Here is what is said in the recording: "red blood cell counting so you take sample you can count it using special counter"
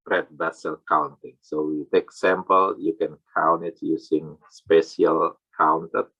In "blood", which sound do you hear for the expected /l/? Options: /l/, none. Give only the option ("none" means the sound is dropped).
none